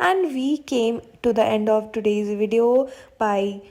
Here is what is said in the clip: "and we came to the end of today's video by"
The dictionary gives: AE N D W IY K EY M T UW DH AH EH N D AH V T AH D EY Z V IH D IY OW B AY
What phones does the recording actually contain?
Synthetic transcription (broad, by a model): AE N D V IY K EY M T UW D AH EH N D AH V T AH D EY Z V IH D IY OW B AY